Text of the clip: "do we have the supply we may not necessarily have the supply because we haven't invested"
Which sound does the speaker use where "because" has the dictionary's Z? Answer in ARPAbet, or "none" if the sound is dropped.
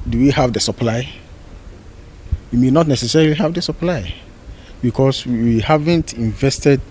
S